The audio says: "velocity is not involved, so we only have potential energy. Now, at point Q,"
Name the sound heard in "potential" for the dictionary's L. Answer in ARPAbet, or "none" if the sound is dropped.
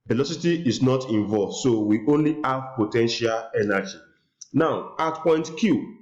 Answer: L